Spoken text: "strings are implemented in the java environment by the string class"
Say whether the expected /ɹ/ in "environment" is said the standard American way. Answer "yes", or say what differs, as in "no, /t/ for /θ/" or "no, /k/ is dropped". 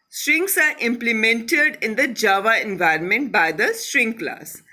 yes